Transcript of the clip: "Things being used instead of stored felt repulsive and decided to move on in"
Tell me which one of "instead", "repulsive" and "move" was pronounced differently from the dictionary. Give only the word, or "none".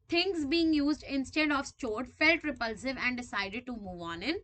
none